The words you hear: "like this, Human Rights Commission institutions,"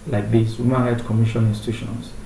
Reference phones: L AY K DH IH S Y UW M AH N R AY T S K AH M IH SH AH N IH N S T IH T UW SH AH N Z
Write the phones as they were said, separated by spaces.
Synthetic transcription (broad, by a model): L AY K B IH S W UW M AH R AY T K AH M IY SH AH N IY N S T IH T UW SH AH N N